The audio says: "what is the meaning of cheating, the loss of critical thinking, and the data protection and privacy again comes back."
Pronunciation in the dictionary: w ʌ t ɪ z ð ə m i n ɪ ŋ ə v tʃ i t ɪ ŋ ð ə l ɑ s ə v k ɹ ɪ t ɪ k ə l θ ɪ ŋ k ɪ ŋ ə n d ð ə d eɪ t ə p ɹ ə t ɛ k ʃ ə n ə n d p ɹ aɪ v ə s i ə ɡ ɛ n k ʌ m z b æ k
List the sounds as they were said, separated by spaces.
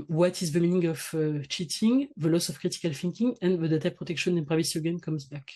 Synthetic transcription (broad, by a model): w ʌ t ɪ z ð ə m i n ɪ ŋ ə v tʃ i t ɪ ŋ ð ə l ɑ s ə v k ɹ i t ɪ k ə l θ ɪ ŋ k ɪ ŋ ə n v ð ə d eɪ t ə p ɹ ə t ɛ k ʃ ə n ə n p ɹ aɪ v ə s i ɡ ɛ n k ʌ m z b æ k